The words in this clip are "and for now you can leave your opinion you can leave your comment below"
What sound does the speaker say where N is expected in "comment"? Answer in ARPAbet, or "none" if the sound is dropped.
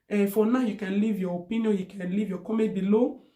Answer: none